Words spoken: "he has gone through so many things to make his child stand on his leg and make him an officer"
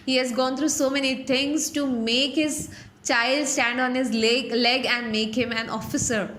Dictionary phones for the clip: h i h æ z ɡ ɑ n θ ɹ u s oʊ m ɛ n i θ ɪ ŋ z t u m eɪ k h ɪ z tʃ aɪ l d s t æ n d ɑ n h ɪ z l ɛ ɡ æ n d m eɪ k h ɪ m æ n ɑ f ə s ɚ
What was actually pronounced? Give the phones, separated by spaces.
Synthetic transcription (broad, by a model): h i h æ z ɡ ɑ n t ɹ u s oʊ m ɛ n i t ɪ ŋ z t u m eɪ k h ɪ z tʃ aɪ l d s t æ n d ɑ n h ɪ z l ɛ ɡ æ n d m eɪ k h ɪ m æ n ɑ f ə s ɚ